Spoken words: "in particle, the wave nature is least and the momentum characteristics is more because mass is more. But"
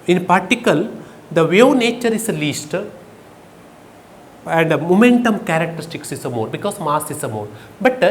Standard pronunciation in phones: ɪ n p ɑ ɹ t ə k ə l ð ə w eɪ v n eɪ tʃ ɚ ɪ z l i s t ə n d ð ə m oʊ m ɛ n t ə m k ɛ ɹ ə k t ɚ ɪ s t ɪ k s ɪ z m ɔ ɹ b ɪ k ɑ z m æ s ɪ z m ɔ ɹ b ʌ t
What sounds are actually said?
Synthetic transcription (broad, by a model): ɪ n p ɑ ɹ t ə k ə l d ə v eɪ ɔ n eɪ tʃ ɚ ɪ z l i s t ə n d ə m oʊ m ɛ n t ə m k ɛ ɹ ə k t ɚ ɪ s t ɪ k s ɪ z m ɔ ɹ b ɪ k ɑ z m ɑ s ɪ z m ɔ ɹ b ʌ t